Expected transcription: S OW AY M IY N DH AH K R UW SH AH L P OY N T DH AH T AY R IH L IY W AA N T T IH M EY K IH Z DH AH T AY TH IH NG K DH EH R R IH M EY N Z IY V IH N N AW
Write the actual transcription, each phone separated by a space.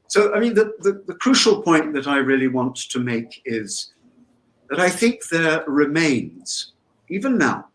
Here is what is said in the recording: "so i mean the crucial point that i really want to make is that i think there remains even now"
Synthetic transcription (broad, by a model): S OW AY M IY N DH AH K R UW SH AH L P OY N DH AH T AY R IH L IY W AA N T T IH M EY K IH Z DH AH T AY TH IH NG K DH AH R R IH M EY N Z IY V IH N N AW